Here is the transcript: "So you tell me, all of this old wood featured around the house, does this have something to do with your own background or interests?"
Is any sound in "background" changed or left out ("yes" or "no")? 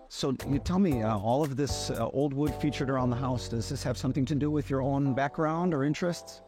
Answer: no